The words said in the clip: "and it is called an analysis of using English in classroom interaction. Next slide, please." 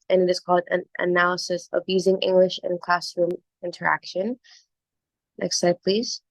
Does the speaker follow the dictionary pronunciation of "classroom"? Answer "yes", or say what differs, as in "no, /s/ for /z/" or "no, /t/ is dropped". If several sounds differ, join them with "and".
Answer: yes